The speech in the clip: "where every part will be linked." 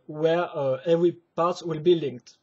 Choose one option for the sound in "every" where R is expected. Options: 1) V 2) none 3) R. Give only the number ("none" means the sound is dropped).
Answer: 3